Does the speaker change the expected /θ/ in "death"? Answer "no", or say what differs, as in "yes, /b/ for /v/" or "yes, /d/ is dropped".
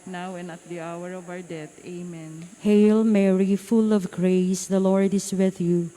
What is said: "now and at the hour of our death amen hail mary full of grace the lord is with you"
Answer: yes, /t/ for /θ/